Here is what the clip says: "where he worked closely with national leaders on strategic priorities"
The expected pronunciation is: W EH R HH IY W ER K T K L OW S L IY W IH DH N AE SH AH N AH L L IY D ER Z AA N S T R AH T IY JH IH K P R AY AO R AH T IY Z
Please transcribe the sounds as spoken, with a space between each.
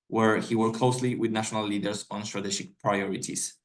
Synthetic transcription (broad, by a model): W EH R HH IY W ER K K L OW S L IY W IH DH N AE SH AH N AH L L IY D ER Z AA N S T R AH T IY SH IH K P R AY AO R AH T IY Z